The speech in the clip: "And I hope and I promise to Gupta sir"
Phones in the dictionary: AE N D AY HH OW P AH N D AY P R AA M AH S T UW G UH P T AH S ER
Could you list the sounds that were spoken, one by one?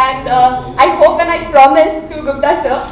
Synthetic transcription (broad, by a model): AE N D AY HH OW P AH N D AY P R AA M AH S T UW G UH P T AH S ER